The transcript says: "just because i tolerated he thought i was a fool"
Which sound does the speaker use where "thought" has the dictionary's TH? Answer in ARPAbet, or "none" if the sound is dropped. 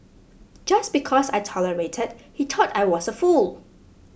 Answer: T